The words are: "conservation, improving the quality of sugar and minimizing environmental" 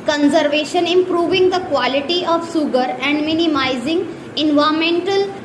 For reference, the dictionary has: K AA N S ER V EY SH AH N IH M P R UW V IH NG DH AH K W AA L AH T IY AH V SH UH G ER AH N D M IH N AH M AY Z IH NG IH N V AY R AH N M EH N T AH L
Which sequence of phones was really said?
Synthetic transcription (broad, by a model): K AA N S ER V EY SH AH N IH M P R UW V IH NG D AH K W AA L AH T IY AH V S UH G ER AH N D M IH N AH M AY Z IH NG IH N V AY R M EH N T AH L